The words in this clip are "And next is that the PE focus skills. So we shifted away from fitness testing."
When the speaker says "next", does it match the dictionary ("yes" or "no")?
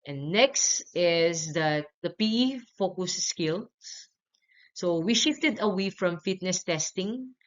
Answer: yes